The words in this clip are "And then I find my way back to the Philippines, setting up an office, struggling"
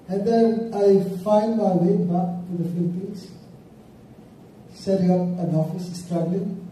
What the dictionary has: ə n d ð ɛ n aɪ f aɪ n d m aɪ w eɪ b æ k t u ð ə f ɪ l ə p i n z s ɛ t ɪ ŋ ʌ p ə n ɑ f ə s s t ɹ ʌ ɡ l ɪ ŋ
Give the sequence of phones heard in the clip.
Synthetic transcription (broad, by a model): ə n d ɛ aɪ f aɪ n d m aɪ w eɪ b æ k t u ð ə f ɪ l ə p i n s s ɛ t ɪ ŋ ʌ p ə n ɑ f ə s s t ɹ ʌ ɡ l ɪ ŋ